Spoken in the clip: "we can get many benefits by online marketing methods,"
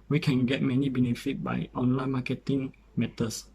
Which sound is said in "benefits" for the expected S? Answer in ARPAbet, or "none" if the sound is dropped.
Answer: none